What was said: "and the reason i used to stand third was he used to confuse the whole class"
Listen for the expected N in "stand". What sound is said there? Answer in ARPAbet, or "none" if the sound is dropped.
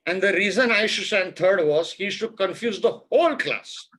none